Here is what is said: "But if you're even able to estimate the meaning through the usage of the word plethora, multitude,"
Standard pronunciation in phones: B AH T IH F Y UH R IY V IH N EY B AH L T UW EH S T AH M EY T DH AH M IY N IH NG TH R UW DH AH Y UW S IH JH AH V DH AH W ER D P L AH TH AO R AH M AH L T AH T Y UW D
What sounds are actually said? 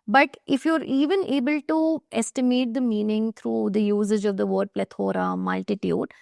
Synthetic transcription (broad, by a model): B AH T IH F Y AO R IY V IH N EY B AH L T UW EH S T AH M EY T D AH M IY N IH NG T R UW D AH Y UW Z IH JH AH V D AH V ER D P L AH T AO R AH M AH L T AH T Y UW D